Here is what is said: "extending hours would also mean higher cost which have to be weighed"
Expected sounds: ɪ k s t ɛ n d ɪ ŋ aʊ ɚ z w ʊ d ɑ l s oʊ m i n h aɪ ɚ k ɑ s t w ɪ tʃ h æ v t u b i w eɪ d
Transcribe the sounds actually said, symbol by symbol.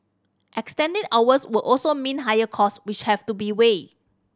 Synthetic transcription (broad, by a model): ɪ k s t ɛ n d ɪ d aʊ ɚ s w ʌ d ɑ l s oʊ m i n h aɪ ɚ k ɑ s w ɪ tʃ h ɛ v t u b i w eɪ